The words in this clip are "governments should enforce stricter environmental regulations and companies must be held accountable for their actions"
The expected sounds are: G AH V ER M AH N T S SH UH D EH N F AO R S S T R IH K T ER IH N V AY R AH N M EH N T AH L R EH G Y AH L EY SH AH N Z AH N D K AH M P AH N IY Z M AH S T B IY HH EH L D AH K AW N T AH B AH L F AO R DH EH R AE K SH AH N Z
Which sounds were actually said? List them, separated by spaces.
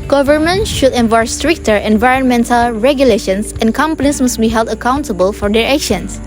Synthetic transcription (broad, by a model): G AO V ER M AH N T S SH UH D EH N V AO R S S T R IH K T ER IH N V AY R AH N M EH N T AH L R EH G Y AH L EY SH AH N S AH N K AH M P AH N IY S M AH S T B IY HH EH L D AH K AW N T AH B AH L F AO R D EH R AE K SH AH N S